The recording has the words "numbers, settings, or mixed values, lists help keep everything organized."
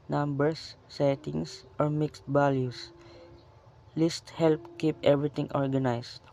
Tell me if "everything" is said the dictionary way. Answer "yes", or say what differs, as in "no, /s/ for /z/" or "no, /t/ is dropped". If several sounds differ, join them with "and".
no, /t/ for /θ/